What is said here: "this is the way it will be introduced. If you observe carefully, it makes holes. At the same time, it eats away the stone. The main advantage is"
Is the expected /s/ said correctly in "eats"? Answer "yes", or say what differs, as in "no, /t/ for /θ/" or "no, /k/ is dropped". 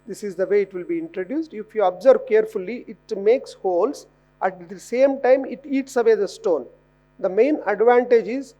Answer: yes